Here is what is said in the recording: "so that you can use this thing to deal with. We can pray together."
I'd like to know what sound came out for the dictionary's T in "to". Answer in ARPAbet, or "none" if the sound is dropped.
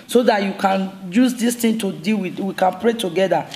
T